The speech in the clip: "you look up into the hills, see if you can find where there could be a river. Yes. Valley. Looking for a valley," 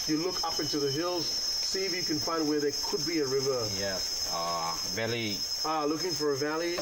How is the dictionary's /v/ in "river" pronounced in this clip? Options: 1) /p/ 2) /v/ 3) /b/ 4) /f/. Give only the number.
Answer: 2